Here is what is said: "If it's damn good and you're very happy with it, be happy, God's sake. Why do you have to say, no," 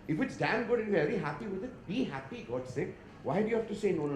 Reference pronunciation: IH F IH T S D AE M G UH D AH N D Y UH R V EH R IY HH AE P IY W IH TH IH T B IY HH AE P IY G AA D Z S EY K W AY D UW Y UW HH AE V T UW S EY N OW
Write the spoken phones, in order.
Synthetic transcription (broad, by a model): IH F IH T S D AE M G UH D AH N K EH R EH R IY HH AE P IY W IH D IH T B IY HH AE P IY G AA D S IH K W AY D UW Y UW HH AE F T UW S EY N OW